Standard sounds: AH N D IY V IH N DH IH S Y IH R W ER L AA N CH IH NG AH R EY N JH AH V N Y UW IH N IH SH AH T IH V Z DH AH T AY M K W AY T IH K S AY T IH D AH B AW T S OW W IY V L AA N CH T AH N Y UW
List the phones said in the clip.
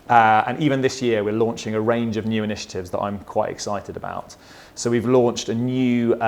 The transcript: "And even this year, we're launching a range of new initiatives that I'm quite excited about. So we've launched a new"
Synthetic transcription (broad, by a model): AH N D IY V IH N DH IH S Y IH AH W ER L AA N CH IH NG AH R EY N JH AH V N Y UW IH N IH SH AH T IH V Z DH AH T AY M K W AY T IH K S AY T IH D AH B AW T S OW W IY V L AA N CH T AH N Y UW